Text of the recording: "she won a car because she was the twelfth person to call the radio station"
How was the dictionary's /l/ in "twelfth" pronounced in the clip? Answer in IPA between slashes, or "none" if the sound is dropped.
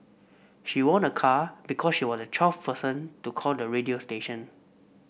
none